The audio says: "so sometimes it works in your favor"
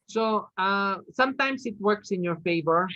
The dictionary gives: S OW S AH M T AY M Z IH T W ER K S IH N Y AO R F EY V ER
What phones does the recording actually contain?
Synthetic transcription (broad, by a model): S OW S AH M T AY M S IH T W ER K S IH N Y AO R F EY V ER